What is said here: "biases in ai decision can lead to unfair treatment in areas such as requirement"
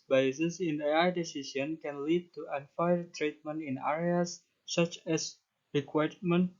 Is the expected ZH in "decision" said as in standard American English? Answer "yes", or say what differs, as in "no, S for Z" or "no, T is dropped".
no, S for ZH